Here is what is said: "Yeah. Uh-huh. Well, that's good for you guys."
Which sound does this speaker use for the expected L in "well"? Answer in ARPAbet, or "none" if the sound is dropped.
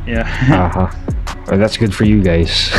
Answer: N